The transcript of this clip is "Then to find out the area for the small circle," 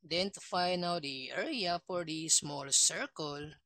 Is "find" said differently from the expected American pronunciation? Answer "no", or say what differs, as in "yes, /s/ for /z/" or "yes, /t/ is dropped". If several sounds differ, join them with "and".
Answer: yes, /d/ is dropped